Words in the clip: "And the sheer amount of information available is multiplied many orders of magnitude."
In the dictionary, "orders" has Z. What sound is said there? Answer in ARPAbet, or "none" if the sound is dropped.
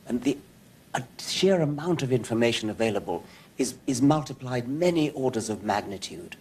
Z